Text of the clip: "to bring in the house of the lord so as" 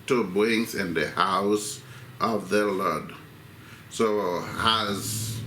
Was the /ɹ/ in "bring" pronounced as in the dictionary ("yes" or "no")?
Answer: no